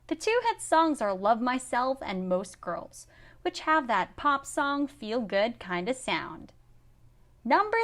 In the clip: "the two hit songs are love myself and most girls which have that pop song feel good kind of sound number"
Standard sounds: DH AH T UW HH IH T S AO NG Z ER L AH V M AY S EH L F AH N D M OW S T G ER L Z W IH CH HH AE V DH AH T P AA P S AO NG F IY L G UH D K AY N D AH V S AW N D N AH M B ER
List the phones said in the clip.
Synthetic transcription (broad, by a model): DH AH T UW HH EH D S AO NG Z ER L AH V M AY S EH L F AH N M OW S T G ER L Z W IH CH HH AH V DH AH T P AA P S AO NG F IY L G UH D K AY N D AH V S AW N D N AH M B ER